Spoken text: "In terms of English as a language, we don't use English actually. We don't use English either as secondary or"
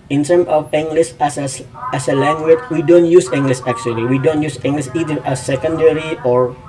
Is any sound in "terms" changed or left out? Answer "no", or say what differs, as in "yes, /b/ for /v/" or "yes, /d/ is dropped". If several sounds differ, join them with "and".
yes, /z/ is dropped